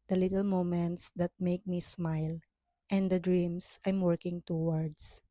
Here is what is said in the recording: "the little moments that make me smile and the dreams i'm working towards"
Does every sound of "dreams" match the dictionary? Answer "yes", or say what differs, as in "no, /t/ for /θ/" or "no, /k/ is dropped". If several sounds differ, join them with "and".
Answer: no, /s/ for /z/